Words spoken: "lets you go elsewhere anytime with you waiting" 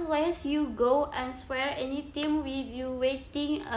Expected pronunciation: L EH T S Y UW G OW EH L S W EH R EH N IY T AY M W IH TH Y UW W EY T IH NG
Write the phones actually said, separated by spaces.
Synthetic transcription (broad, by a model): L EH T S Y UW G OW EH N S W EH R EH N IY T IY M W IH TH Y UW W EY T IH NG